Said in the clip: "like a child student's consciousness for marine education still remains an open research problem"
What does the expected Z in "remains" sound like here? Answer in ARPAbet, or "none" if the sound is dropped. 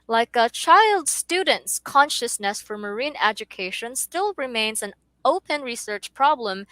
Z